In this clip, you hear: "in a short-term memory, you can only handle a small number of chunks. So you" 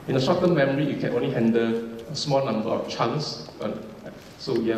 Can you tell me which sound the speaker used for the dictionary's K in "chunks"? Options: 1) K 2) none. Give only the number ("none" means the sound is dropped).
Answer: 2